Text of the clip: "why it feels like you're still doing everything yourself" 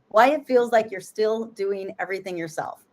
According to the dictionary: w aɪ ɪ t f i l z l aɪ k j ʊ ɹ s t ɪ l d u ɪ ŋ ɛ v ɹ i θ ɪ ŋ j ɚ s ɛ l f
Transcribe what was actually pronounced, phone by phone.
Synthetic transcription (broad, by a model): w aɪ ɪ t f i l z l aɪ k j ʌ ɹ s t ɪ l d u ɪ ŋ ɛ v ɹ i θ ɪ ŋ j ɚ s ɛ l f